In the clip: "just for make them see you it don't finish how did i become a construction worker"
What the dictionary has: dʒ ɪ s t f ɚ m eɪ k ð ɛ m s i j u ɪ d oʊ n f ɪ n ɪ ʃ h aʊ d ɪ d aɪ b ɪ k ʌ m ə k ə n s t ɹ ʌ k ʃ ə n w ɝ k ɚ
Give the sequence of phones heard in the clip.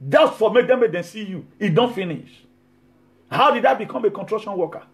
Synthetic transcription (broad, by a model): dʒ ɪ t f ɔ m eɪ k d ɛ m s i j u ɪ d oʊ n f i n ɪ ʃ h aʊ d ɪ d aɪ b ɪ k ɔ m ə k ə n t ɹ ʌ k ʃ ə n w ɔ k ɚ